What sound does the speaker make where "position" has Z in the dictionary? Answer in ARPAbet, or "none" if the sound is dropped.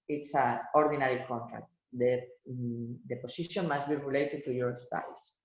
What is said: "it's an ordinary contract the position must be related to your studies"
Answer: S